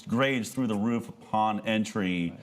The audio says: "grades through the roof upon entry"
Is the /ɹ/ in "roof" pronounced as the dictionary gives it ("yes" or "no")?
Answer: yes